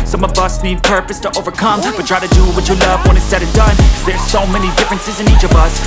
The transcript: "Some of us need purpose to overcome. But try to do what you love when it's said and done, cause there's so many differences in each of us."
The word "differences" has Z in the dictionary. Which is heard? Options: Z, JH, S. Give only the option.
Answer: Z